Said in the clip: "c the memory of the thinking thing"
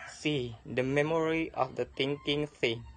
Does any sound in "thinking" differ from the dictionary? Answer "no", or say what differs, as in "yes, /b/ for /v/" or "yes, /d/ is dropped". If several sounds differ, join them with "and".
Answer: yes, /t/ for /θ/